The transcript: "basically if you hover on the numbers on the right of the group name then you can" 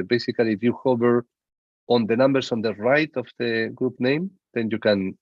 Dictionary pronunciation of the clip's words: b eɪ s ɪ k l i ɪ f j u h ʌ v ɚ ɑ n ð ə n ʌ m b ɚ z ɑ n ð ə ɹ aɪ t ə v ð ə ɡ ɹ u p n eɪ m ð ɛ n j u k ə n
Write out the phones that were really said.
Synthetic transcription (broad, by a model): b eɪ s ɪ k l i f j u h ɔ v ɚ ɑ n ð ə n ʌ m b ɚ s ɑ n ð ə ɹ aɪ t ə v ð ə ɡ ɹ u p n eɪ m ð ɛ n j u k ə n